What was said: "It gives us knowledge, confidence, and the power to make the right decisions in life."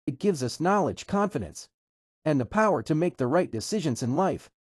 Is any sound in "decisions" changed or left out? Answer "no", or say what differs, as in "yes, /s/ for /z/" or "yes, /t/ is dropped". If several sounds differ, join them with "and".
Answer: no